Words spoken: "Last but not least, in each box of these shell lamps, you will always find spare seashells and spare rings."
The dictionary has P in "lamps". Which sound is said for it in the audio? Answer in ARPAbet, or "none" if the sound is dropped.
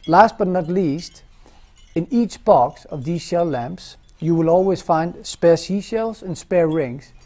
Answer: P